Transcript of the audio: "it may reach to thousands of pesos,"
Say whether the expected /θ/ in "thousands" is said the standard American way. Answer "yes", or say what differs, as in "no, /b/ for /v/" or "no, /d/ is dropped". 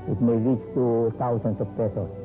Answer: no, /t/ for /θ/